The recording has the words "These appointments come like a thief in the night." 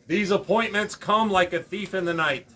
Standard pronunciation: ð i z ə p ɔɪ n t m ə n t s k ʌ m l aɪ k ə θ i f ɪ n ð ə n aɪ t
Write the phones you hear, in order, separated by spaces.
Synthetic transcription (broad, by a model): ð i z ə p ɔɪ n m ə n t s k ʌ m l aɪ k ə θ i f ɪ n ð ə n aɪ t